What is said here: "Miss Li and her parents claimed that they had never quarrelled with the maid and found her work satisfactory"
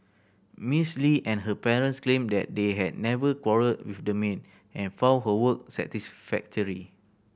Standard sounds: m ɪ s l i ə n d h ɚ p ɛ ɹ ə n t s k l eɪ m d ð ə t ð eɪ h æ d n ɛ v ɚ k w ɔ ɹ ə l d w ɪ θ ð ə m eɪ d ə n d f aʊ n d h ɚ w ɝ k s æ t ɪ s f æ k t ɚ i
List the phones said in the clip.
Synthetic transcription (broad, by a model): m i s l i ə n h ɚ p ɛ ɹ ə n t s k l eɪ m d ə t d eɪ h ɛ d n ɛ v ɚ k w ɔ ɹ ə d w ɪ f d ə m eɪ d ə n f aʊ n h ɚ w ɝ k s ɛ t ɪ s f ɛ k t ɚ i